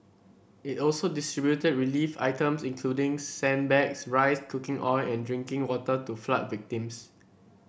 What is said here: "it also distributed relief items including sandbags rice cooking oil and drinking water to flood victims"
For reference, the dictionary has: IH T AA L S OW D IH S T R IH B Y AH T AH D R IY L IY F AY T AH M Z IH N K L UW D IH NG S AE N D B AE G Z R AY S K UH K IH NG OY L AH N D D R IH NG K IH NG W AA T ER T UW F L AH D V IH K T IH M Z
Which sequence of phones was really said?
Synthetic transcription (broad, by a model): IH T AA L S OW D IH S T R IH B Y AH T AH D R IY L IY F AY T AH M S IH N K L UW D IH NG S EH N B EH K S R AY S K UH K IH NG OY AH N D D R IH NG K IH NG W AA T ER T UW F L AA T V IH K T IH M S